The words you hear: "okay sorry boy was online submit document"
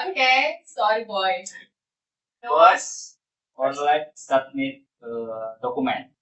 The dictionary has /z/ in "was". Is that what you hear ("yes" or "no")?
no